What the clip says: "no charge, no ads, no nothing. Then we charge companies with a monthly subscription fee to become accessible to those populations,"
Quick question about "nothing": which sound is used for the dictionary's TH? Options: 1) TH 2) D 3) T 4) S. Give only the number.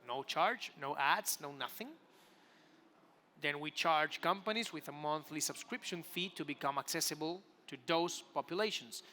1